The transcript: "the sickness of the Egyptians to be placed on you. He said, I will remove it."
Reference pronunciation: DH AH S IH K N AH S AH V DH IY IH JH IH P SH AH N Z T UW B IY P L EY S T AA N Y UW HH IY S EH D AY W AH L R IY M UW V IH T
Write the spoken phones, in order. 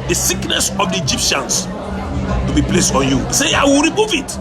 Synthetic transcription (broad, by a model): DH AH S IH K N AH S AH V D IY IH JH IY P SH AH N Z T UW B IY P L EY S T AA N Y UW S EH AY W AH L R IY M UW V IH T